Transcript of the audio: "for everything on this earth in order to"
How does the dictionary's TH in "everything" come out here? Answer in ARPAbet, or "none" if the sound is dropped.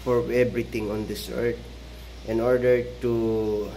T